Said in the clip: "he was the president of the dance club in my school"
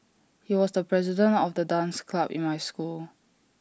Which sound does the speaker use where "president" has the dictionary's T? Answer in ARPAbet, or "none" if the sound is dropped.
T